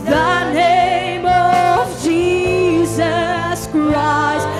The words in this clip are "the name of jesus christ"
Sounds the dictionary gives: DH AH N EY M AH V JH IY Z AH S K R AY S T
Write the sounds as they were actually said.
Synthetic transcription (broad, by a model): DH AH N EY M AH V JH IY Z AH S K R AY S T